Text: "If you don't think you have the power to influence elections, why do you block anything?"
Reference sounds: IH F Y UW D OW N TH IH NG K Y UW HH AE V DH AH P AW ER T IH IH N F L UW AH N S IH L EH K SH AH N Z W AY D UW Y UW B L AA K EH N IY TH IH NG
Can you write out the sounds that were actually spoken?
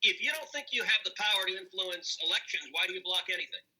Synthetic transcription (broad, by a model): IH F Y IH D OW N TH IH NG K Y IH V DH AH P AW ER T IH IH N F L UW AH N S IH L EH K SH AH N Z W AY D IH Y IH B L AA K EH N IY TH IH NG